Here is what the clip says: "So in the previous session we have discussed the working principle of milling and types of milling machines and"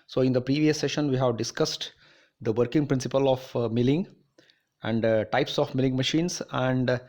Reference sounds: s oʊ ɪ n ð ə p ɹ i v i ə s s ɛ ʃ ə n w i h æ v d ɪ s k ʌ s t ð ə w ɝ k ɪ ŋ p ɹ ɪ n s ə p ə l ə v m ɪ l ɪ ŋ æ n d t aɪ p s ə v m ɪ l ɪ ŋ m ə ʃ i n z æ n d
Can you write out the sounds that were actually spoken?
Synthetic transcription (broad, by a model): s oʊ ɪ n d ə p ɹ i v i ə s s ɛ ʃ ə n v i h æ v d ɪ s k ʌ s t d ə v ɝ k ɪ ŋ p ɹ ɪ n s ə p ə l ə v m ɪ l ɪ ŋ æ n d t aɪ p s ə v m ɪ l ɪ ŋ m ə ʃ i n s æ n d